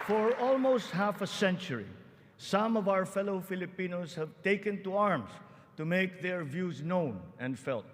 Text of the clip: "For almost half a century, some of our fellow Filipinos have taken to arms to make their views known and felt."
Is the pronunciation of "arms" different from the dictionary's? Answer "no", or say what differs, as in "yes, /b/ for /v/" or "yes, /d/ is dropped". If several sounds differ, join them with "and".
yes, /s/ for /z/